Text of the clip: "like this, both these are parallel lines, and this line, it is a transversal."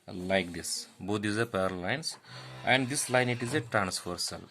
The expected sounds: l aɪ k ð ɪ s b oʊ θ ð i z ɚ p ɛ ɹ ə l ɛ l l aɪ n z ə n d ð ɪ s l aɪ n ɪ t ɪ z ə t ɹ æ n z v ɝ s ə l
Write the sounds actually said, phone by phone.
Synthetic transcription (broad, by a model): l aɪ k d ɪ s b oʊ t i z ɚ p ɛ ə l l l aɪ n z ə n d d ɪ s l aɪ n ɪ t ɪ z ə t ɹ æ n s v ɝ s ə l